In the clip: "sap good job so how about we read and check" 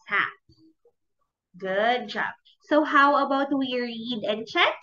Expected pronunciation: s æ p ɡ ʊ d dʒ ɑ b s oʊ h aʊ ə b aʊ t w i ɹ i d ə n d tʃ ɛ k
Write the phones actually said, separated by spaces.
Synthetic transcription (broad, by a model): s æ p ɡ ʊ d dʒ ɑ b s oʊ h aʊ ə b aʊ t w i ɹ i d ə n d tʃ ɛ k